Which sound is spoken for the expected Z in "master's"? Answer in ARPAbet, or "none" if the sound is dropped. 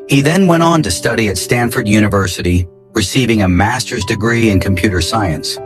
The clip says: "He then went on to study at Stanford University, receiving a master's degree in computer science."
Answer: Z